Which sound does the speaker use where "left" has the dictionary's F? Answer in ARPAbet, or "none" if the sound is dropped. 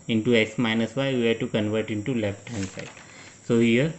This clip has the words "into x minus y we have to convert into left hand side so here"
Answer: P